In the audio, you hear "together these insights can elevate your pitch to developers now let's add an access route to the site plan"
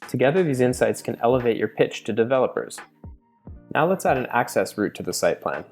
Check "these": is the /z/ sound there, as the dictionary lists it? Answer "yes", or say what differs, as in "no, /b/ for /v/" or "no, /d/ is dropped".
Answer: yes